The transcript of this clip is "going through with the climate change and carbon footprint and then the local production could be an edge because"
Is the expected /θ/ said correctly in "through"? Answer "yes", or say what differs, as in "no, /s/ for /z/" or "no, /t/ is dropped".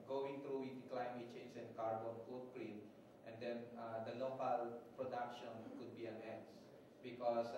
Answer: no, /t/ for /θ/